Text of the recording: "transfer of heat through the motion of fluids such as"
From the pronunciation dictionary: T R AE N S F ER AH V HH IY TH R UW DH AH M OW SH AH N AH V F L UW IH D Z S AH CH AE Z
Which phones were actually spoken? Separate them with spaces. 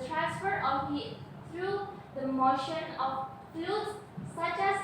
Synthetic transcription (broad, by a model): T R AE N S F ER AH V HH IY T R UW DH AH M OW SH AH N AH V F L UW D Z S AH CH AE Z